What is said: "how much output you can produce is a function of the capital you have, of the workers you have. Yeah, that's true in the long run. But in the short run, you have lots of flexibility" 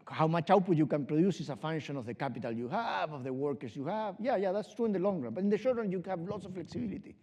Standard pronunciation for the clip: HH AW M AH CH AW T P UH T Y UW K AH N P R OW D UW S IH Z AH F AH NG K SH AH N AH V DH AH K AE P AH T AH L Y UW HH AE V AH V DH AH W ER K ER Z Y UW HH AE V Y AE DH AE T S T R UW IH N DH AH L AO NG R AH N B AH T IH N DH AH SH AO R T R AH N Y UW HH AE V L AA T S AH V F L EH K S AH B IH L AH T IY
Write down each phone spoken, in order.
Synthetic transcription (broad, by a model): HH AW M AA CH AW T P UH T Y UW K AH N P R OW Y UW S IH S AH F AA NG SH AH N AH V DH AH K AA P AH T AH L Y UW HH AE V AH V DH AH W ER K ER S Y UW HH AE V Y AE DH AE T S T R UW IH N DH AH L AO NG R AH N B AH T IH N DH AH SH AO R T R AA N Y UW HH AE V L AA T S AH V F L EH K S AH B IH L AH T IY